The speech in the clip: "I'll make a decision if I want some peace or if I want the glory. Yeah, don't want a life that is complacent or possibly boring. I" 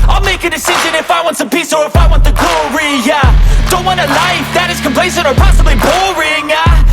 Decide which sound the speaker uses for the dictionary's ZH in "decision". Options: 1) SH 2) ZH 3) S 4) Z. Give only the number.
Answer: 2